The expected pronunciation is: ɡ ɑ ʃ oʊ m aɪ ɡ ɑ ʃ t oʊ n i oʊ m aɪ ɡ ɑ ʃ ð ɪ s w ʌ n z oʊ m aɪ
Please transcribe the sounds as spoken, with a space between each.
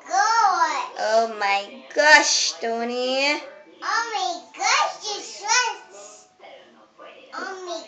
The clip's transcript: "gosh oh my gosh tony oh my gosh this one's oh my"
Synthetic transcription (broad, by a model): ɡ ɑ oʊ m aɪ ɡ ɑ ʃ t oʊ n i oʊ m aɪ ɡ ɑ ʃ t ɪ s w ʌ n s oʊ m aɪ